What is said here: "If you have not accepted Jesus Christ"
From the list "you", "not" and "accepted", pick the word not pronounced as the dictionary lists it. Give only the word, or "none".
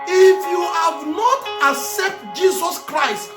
accepted